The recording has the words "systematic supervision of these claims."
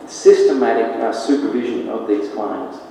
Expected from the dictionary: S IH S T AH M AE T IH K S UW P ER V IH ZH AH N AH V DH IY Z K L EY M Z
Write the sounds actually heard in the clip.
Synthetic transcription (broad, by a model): S IH S T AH M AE T IH K S UW P ER V IH ZH AH N AH V DH IY Z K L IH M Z